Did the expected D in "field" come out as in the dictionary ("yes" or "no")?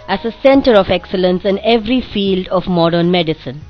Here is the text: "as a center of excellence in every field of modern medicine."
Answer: yes